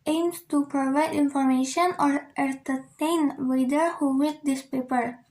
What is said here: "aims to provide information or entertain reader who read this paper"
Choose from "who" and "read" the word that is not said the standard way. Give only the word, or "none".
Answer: read